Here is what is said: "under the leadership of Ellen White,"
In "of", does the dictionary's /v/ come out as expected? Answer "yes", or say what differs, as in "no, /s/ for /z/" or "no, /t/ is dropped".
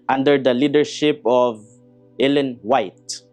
yes